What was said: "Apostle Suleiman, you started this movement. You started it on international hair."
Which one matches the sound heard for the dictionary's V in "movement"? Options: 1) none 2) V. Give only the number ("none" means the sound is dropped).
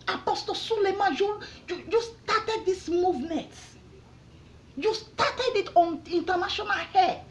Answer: 2